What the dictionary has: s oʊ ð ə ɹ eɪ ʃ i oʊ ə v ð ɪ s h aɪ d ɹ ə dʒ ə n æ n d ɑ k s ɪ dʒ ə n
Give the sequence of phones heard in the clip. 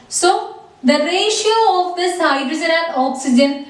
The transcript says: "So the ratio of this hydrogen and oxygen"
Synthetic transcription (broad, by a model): s oʊ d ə ɹ eɪ ʃ i oʊ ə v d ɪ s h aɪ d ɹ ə z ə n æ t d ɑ k s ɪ dʒ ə n